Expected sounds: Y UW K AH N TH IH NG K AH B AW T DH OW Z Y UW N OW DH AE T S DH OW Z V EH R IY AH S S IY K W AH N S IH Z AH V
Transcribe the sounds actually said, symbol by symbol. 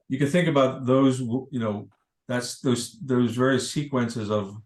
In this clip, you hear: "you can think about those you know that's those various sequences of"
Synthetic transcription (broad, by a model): Y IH K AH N TH IH NG K AH B AW T DH OW Z Y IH N OW DH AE T S DH OW Z V EH R IY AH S S IY K W AH N S IH Z AH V